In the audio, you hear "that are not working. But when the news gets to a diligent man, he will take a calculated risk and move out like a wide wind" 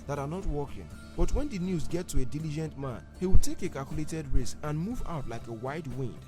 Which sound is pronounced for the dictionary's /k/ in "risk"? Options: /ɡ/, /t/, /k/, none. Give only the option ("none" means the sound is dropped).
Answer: none